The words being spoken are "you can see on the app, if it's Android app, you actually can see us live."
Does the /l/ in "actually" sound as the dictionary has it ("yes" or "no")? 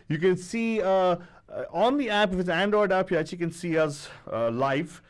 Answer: no